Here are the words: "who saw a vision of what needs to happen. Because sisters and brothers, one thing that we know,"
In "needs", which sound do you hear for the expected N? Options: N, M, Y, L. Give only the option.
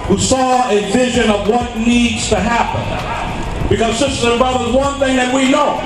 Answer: N